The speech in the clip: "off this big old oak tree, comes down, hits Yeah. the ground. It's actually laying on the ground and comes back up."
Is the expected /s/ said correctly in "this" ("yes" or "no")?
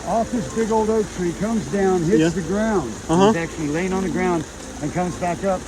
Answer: yes